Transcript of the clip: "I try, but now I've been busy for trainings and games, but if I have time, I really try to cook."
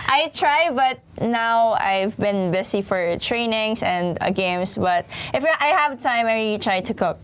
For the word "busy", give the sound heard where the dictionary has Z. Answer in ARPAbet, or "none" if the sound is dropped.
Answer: S